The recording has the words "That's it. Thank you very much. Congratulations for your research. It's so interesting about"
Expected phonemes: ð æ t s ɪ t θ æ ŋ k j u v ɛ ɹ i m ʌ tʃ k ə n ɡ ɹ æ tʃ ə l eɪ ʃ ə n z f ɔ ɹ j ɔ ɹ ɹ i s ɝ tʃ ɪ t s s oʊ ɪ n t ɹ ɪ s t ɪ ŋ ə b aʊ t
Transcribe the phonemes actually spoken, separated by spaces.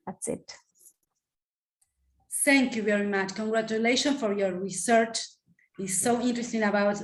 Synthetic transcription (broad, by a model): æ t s ɪ t θ æ ŋ k j u v ɛ ɹ i m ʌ tʃ k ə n ɡ ɹ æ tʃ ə l eɪ ʃ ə n f ɔ ɹ j ɔ ɹ ɹ i s ɝ tʃ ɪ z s s oʊ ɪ n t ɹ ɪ s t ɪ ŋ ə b aʊ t